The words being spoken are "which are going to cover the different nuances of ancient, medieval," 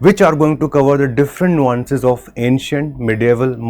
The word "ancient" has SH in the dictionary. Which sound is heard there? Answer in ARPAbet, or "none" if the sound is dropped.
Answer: SH